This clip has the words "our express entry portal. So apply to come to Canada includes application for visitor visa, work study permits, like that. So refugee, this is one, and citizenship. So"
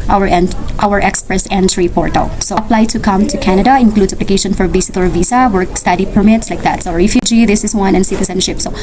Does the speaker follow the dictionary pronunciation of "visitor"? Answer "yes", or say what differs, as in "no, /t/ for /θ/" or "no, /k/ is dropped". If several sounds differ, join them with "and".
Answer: no, /s/ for /z/